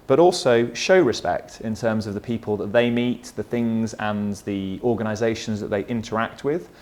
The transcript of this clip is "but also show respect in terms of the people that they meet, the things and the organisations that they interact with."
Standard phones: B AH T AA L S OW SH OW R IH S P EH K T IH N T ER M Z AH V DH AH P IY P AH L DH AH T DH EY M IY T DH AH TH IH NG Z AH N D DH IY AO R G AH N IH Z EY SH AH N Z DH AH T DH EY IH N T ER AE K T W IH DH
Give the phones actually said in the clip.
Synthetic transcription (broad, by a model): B AH T AA L S OW SH OW R IH S P EH K T IH N T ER M Z AH V DH AH P IY P AH L DH AH T DH EY M IY T DH AH TH IH NG Z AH N DH IY AO G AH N IH Z EY SH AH N Z DH AH T DH EY IH N T ER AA K T W IH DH